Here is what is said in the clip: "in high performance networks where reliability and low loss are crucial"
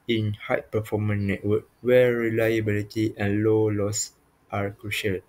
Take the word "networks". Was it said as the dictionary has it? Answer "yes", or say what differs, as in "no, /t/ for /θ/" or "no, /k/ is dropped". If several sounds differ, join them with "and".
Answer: no, /s/ is dropped